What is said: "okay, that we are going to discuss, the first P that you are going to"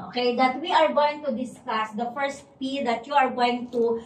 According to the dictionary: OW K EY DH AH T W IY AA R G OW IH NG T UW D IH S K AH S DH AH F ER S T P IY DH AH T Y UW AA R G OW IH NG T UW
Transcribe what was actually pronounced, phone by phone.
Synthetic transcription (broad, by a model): OW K EY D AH T W IY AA R G OW IH NG T UW D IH S K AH S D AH F ER S T P IY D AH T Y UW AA R G OW IH NG T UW